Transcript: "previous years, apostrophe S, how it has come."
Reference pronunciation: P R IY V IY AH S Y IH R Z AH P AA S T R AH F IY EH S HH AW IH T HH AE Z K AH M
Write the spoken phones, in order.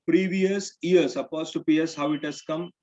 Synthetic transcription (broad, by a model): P R IY V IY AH S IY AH R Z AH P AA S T AH P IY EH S HH AW IH T HH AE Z K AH M